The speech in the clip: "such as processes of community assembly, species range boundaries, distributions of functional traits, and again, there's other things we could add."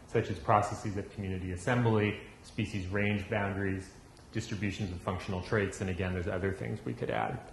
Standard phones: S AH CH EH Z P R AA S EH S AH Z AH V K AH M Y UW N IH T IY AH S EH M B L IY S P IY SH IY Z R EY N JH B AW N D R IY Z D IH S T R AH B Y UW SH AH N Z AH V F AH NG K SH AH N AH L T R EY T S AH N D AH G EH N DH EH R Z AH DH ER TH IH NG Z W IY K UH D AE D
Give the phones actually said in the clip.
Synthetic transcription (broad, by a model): S AH CH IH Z P R AA S EH S AH Z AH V K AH M Y UW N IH T IY AH S EH M B L IY S P IY SH IY Z R EY N JH B AW N D R IY Z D IH S T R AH B Y UW SH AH N Z AH V F AH NG K SH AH N L T R EY T S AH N AH G EH N DH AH R Z AH DH ER TH IH NG Z W IY K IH D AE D